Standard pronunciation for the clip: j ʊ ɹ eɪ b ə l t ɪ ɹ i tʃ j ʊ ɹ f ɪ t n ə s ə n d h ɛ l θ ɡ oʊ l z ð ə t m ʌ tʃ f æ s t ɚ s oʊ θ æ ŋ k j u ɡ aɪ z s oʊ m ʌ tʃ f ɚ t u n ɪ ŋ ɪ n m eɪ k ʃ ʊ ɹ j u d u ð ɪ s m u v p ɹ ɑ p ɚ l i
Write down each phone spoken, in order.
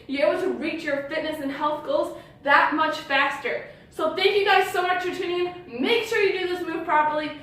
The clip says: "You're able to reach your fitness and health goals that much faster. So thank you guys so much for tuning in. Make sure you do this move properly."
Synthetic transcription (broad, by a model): j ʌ ɹ eɪ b l t ɪ ɹ i tʃ j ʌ ɹ f ɪ t n ə s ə n h ɛ l θ ɡ oʊ l z ð ə t m ʌ tʃ f æ s t ɚ s oʊ θ æ ŋ k j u ɡ aɪ z s oʊ m ʌ tʃ f ɚ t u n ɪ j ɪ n m eɪ k ʃ ʊ ɹ j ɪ d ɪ ð ɪ s m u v p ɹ ɑ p ɚ l i